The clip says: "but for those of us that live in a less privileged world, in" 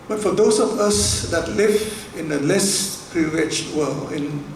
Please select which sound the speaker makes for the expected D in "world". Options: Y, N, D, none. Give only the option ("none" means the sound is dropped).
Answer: none